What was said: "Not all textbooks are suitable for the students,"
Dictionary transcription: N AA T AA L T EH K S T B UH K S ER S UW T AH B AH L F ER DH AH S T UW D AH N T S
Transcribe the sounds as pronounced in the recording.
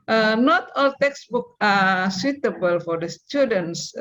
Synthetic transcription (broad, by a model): N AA T AA L T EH K S B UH K ER S UW T AH B AH L F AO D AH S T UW D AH N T S